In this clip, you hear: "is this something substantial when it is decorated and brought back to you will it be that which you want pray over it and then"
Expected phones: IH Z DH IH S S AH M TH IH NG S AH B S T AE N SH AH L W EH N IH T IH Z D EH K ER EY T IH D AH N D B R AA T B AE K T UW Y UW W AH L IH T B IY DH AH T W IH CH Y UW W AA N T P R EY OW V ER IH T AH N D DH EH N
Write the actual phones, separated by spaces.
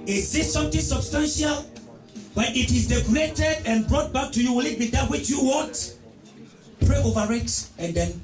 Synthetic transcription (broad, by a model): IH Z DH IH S S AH M T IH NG S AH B S T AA N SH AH L W EH N IH T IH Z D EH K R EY T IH D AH N B R AA T B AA K T UW Y UW W AH L IH T B IY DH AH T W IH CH Y UW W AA T P R EY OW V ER IH T AH N D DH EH N